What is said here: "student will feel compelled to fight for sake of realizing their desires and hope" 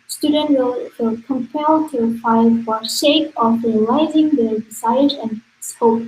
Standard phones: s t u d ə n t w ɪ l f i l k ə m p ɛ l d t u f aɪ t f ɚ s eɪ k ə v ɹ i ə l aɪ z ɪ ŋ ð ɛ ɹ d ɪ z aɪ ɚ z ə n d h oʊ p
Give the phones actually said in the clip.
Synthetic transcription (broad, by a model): s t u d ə n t w ɪ l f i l k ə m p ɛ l t u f aɪ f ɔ ʃ eɪ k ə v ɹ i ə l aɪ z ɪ ŋ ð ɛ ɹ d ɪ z aɪ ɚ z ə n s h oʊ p